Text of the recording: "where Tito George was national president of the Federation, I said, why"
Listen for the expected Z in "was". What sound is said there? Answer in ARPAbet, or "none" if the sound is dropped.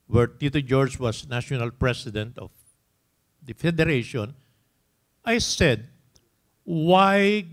S